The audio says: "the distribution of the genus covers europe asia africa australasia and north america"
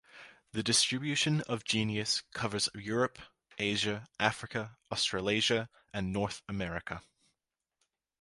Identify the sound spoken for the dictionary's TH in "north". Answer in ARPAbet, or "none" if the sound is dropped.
TH